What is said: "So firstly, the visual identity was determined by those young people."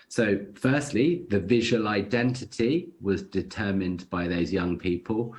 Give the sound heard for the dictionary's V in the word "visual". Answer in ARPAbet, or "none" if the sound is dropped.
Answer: V